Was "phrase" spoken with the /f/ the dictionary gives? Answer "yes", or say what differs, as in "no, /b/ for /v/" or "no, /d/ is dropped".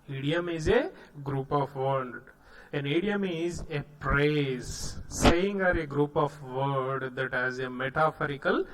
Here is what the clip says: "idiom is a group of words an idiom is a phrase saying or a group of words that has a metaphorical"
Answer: no, /p/ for /f/